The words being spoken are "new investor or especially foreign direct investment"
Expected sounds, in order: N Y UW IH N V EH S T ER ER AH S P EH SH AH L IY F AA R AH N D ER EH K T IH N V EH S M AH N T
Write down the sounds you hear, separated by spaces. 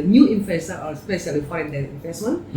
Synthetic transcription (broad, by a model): N Y UW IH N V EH S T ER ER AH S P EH S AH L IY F AA AH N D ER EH T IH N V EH S M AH N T